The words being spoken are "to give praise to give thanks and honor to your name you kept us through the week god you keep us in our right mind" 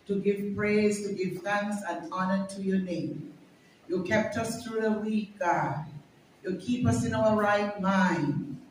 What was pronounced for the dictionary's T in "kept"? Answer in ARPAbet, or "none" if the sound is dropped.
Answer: T